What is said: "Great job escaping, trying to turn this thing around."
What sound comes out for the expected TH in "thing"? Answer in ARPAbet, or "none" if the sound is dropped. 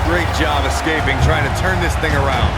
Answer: TH